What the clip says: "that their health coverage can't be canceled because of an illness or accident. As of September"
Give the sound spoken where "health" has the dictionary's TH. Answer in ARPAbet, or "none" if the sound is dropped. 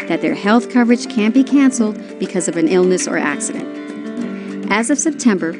TH